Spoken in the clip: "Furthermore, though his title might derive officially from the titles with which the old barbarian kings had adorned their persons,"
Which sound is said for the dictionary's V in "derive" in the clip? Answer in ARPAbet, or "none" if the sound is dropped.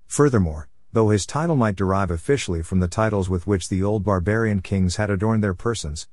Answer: V